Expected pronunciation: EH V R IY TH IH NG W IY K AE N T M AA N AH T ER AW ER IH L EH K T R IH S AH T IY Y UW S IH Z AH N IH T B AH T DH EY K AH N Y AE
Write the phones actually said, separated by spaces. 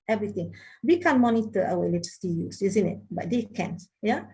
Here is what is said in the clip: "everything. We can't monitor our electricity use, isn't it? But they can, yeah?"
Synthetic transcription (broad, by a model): EH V R IY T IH NG W IY K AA N M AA N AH T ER AW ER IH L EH T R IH S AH T IY Y UW S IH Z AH N IH T B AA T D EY K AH N Y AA